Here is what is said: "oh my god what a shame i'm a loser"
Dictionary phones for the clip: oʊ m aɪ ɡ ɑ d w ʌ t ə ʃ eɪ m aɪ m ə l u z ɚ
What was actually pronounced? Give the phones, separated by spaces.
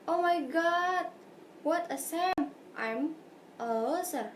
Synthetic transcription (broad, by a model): oʊ m aɪ ɡ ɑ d w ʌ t ə s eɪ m aɪ m ə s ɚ